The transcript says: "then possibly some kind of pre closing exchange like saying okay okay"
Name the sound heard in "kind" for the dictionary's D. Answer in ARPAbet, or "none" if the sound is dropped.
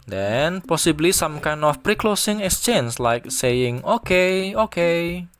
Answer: none